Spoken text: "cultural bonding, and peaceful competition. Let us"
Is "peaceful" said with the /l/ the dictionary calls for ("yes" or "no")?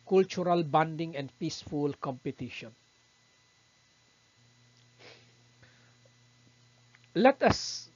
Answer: yes